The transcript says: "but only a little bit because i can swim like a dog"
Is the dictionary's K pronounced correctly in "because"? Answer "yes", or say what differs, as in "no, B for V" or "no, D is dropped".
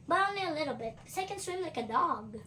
no, K is dropped